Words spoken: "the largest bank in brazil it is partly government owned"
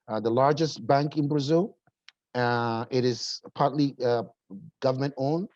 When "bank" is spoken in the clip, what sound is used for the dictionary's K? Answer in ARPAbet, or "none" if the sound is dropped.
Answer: K